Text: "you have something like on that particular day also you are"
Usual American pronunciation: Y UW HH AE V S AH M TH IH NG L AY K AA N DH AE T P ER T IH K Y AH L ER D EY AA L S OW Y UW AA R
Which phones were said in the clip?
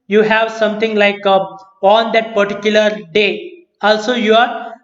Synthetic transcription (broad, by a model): Y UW HH AE V S AH M T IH NG L AY K AA N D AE T P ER T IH K Y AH L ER D EY AA L S OW Y UW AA R